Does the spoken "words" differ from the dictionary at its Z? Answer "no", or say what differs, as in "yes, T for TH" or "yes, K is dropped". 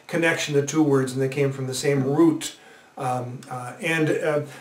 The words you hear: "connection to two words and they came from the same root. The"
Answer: no